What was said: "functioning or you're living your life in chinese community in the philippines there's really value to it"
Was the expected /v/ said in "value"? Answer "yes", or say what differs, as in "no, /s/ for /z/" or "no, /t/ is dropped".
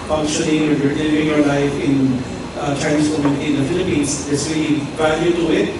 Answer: no, /b/ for /v/